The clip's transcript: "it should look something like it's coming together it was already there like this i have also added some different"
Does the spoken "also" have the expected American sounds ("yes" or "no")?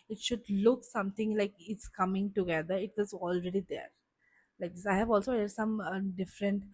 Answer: yes